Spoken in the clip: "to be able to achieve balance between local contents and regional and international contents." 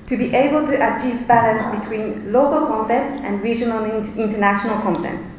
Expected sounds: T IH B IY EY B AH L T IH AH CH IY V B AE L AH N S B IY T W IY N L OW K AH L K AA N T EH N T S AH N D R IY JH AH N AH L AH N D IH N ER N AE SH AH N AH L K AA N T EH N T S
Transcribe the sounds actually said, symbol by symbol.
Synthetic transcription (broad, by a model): T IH B IY EY B AH L T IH AH CH IY V B AE L AH N S B IY T W IY N L OW K AH L K AA N T EH N T S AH N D R IY JH AH N AH L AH N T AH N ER N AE SH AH N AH L K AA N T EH N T S